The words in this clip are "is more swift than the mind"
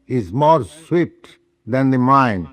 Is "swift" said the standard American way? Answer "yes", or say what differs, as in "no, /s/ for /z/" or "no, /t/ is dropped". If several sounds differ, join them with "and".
no, /p/ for /f/